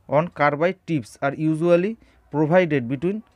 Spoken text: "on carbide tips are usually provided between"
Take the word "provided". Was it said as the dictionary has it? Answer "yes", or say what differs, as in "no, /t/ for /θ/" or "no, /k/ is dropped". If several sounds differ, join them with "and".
no, /b/ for /v/